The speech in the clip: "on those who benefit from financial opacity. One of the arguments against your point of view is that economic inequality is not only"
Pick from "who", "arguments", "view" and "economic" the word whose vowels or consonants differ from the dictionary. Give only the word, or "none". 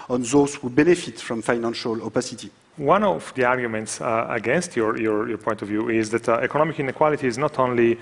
none